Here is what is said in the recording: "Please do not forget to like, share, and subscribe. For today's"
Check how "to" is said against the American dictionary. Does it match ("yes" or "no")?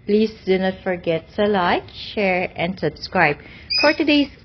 no